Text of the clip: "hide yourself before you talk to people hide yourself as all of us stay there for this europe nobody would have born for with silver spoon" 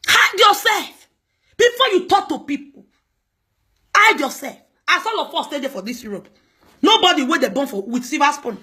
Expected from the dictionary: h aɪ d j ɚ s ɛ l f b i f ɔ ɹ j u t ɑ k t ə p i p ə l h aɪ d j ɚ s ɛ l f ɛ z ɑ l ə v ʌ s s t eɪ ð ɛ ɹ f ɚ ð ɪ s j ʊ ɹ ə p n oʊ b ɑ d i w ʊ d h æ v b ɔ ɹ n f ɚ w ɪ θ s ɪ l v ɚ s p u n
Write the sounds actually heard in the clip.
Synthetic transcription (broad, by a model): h aɪ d j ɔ s ɛ l f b i f ɔ j u t ɑ k t ə p i p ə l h aɪ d j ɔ s ɛ l f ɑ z ɑ l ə f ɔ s s t eɪ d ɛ f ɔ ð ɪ s j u ɹ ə p n oʊ b ɑ d i w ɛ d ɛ b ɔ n f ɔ w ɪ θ s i v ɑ s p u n